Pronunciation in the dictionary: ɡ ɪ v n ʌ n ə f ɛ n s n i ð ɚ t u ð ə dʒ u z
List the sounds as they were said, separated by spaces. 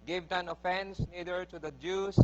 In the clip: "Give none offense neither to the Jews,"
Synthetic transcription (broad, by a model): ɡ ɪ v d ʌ n ə f ɛ n s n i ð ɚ t u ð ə dʒ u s